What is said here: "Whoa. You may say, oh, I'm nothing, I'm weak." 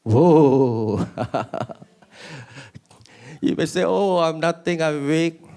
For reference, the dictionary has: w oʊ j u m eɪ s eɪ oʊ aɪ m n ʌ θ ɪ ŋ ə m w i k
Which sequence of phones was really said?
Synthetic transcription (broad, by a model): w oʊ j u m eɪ s eɪ oʊ aɪ m n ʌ t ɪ ŋ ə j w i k